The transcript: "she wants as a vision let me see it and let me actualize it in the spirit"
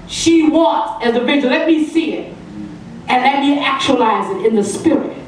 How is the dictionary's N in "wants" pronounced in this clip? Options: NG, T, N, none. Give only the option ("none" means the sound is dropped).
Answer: none